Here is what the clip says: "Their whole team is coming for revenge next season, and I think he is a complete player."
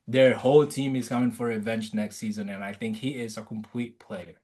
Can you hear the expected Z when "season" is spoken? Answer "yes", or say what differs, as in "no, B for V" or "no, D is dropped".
yes